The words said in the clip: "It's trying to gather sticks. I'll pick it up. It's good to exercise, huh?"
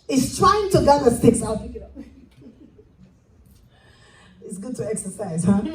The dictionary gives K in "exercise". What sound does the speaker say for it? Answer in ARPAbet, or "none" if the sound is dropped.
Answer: K